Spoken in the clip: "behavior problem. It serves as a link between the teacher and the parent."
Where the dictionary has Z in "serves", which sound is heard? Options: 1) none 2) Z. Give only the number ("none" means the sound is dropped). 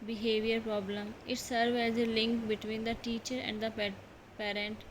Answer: 1